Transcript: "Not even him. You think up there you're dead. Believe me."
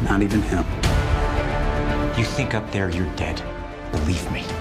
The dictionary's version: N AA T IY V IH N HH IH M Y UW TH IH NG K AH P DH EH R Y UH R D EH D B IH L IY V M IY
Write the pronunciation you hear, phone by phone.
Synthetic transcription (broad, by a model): N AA T IY V IH N HH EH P Y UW TH IH NG K AH P DH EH R Y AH R D EH D B IH L IY V M IY